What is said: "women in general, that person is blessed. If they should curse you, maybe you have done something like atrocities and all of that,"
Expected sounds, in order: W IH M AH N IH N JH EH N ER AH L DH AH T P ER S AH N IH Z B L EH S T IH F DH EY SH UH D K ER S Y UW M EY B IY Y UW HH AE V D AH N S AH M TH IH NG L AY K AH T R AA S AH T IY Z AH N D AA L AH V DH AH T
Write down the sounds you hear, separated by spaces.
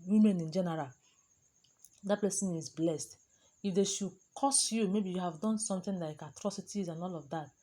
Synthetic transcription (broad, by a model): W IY M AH N IH N JH EH N ER AH L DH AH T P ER S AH N IH Z B L EH S T IH F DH EY SH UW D K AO S Y UW M EY B IY Y UW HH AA V D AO N S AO M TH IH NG L AY K AH T R AA S AH T IY Z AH N AA L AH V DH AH T